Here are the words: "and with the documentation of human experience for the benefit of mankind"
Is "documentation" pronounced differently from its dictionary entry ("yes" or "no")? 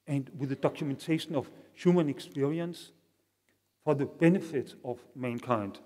no